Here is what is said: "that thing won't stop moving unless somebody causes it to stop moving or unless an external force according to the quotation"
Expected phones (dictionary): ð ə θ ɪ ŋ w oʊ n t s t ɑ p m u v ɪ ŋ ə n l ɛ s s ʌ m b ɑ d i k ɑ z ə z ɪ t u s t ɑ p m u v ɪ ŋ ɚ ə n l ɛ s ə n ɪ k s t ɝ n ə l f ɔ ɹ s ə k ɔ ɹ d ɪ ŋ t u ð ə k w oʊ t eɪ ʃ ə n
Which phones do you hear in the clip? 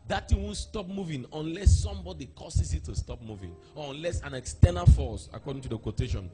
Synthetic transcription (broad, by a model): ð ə t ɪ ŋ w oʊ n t s t ɑ p m u v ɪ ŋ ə n l ɛ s s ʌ m b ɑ d i k ɑ s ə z ɪ t u s t ɑ p m u v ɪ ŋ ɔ ə n l ɛ s ə n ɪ k s t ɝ n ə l f ɔ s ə k ɔ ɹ d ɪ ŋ t u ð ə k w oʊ t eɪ ʃ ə n